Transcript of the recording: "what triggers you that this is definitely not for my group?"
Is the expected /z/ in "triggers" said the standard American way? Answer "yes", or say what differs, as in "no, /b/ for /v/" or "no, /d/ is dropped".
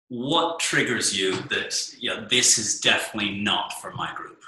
yes